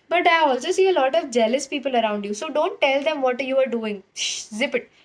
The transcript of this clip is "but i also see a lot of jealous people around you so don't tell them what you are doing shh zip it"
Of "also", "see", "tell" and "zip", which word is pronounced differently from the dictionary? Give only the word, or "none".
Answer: none